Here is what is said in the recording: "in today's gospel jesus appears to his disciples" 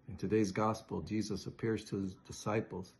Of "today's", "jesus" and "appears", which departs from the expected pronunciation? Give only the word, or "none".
none